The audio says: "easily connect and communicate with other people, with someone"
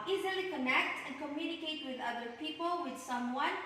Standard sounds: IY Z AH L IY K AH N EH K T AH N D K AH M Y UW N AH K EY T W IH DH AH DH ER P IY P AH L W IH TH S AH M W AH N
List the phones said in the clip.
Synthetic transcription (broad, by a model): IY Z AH L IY K AH N EH K T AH N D K AH M Y UW N AH K EY T W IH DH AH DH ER P IY P AH L W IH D S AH M W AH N